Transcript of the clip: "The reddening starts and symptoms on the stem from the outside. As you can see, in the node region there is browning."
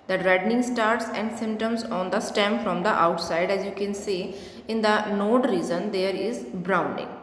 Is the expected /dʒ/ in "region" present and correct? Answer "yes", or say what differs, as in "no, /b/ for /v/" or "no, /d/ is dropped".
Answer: no, /z/ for /dʒ/